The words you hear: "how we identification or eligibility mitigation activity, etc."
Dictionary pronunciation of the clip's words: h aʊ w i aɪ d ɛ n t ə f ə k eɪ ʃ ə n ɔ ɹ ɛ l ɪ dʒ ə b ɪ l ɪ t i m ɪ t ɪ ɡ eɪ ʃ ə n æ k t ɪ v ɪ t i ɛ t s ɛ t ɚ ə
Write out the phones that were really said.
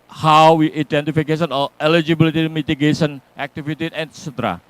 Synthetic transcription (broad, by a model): h aʊ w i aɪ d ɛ n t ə f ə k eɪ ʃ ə n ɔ l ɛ l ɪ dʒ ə b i l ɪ t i m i t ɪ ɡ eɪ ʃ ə n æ k t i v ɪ t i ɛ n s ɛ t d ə